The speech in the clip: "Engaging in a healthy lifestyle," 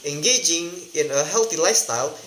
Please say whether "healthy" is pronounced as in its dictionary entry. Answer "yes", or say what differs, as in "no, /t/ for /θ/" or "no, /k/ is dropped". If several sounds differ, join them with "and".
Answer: no, /t/ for /θ/